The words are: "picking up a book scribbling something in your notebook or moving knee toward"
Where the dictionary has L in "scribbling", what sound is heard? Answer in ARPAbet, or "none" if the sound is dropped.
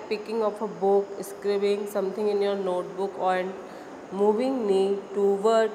none